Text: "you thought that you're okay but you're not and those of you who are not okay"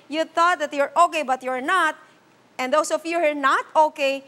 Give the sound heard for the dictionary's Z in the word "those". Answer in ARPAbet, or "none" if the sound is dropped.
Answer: S